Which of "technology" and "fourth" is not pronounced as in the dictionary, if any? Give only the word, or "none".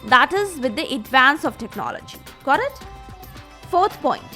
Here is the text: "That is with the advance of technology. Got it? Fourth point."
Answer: fourth